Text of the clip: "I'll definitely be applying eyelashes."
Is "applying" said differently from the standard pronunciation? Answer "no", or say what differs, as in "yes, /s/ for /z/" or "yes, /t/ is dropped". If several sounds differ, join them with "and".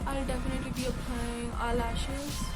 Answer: yes, /l/ is dropped